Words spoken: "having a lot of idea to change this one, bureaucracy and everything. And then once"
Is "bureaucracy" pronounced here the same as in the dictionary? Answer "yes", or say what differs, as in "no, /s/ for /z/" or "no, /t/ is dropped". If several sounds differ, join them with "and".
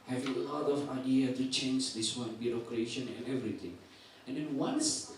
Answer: no, /ʃ/ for /s/